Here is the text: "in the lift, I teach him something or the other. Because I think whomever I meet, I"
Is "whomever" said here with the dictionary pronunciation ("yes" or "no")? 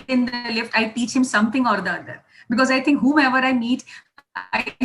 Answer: no